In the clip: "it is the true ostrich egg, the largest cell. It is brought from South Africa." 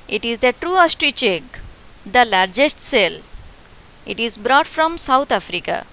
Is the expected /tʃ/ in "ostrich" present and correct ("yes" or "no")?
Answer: yes